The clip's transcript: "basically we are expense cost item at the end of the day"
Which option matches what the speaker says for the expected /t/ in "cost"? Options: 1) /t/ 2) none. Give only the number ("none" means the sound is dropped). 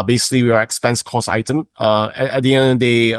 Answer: 2